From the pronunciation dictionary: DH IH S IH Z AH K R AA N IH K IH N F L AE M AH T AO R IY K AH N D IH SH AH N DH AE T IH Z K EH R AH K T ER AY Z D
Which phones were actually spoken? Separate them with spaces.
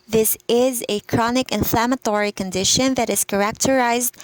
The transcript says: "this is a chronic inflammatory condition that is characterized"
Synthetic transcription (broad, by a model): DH IH S IH Z AH K R AA N IH K IH N F L AE M AH T AO R IY K AH N D IH SH AH N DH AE T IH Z K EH R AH K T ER AY Z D